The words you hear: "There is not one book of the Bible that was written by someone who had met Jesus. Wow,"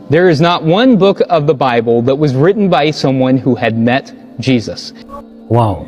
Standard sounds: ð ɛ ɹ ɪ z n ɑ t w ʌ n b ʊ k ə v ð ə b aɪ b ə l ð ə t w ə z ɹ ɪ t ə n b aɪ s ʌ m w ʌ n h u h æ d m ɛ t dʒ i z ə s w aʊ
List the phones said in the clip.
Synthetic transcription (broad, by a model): ð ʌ ɹ ɪ z n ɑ t w ʌ n b ʊ k ə v ð ə b aɪ b ə l ð ə t w ə z ɹ ɪ t n b aɪ s ʌ m w ʌ n h u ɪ d m ɛ t dʒ i z ə s w aʊ